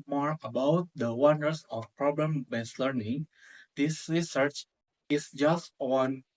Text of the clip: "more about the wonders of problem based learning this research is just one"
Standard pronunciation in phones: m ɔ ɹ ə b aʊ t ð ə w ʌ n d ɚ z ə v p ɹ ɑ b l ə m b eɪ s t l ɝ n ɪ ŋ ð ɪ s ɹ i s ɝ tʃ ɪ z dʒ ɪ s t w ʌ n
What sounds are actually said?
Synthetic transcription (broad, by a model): m ɔ ɹ ə b aʊ t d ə w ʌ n d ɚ s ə f p ɹ ɑ b l ə m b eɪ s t l ɝ n ɪ ŋ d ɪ s ɹ i s ɝ tʃ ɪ s dʒ ɪ s t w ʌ n